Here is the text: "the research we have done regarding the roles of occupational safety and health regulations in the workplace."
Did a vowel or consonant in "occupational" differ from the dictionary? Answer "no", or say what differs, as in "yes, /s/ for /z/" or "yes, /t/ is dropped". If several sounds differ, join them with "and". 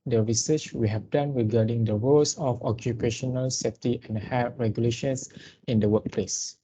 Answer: no